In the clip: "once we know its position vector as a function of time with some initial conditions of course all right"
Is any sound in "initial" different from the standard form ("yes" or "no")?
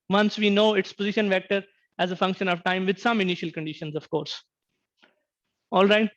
no